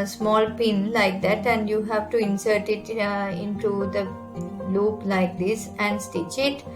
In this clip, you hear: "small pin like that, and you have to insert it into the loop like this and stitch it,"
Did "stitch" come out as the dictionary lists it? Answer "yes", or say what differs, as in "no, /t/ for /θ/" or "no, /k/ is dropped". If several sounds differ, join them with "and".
yes